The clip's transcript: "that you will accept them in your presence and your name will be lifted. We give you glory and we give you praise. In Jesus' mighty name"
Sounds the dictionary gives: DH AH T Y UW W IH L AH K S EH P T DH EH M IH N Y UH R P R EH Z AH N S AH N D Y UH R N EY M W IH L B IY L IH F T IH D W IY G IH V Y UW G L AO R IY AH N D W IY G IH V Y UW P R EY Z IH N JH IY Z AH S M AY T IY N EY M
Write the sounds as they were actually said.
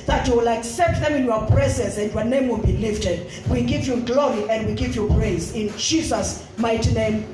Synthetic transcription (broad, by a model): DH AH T Y UW W IH L AH K S EH P T DH EH M IH N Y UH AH P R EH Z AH N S AH N D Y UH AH N EY M W IH L B IY L IH F T IH D W IY G IH V Y UW G L AO R IY AH N D W IY G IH V Y UW P R EY Z IH N JH IY Z AH S M AY T IY N EY M